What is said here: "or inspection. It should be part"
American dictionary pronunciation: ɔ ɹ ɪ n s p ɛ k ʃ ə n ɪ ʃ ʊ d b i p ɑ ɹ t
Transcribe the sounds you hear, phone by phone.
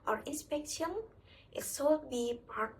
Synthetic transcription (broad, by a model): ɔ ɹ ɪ n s p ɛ k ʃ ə n ɪ s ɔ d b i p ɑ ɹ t